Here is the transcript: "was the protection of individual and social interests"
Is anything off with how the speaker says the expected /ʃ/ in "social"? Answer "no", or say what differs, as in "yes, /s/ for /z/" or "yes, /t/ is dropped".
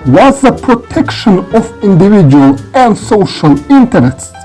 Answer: no